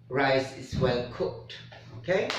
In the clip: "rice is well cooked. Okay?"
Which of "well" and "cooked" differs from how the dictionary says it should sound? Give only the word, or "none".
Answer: none